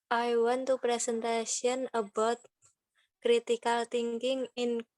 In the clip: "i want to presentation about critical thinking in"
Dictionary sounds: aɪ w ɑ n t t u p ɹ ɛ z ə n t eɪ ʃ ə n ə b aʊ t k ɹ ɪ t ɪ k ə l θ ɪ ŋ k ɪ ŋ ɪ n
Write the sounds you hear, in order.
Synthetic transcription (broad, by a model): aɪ w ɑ n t t u p ɹ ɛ s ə n t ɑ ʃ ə n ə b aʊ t k ɹ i t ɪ k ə l t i ŋ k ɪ ŋ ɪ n